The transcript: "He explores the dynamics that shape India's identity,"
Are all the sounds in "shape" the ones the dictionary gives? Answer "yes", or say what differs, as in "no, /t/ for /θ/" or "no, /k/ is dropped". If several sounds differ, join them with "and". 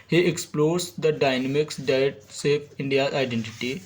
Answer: no, /s/ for /ʃ/